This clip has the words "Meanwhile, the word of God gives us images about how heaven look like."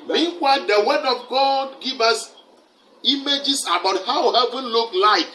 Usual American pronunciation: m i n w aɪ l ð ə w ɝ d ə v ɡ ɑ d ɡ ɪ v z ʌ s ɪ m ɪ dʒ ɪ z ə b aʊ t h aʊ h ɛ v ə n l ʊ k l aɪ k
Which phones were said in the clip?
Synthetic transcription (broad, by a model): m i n w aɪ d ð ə w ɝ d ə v ɡ ɑ d ɡ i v ʌ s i m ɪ dʒ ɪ s ə b aʊ t h aʊ h ɛ v ə n l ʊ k l aɪ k